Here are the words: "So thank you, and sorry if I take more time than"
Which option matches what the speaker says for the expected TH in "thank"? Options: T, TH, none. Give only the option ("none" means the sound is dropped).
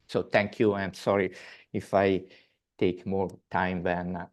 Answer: T